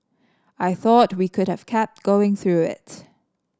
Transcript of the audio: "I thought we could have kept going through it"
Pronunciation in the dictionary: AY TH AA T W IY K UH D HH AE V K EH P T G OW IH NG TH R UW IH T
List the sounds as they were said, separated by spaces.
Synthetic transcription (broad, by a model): AY TH AA T W IY K UH D HH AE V K EH P T G OW IH NG TH R UW IH T